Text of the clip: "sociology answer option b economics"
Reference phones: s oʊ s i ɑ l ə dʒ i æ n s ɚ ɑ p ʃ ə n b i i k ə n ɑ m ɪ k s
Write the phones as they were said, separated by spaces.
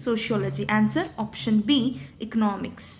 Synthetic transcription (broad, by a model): s oʊ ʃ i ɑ l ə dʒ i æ n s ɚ ɑ p ʃ ə n b i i k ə n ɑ m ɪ k s